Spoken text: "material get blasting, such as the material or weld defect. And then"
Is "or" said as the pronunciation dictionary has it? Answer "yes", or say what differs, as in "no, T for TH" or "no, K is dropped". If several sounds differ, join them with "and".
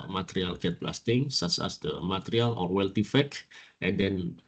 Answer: yes